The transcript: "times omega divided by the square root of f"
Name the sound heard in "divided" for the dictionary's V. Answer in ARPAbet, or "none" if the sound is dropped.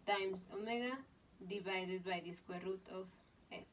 B